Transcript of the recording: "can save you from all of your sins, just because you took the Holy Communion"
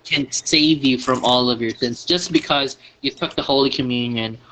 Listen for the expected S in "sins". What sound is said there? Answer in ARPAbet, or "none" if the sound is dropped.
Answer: TH